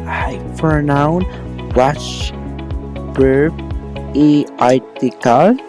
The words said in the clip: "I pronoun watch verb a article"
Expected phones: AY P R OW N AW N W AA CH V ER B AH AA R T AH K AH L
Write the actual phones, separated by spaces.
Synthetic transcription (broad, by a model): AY F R N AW N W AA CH B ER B AH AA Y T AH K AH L